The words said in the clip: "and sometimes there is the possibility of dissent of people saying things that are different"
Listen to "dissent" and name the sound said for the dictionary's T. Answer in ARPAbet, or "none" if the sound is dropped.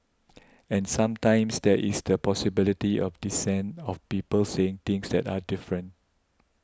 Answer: none